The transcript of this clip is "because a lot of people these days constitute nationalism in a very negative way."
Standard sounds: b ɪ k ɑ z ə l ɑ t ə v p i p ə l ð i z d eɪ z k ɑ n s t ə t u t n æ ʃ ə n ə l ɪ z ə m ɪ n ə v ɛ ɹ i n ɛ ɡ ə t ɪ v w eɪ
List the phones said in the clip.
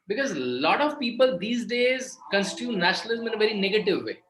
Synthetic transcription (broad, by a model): b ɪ k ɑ z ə l ɑ t ə v p i p ə l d i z d eɪ z k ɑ n s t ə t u n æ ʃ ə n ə l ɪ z ə m ɪ n ə v ɛ ɹ i n ɛ ɡ ə t ɪ v eɪ